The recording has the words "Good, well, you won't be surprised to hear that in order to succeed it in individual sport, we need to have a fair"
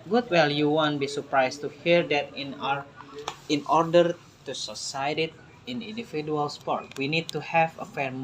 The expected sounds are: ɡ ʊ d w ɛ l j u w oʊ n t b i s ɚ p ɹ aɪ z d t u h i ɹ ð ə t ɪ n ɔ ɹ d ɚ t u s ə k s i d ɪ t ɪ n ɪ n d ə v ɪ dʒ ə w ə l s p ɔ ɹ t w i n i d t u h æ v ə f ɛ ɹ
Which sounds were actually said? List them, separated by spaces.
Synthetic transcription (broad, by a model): ɡ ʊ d w ɛ l j u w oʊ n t b i s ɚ p ɹ aɪ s t u h i ɹ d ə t ɪ n ɔ ɹ d ɚ t u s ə s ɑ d ɪ t ɪ n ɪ n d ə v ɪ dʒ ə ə l s p ɔ ɹ t w i n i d t u h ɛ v ə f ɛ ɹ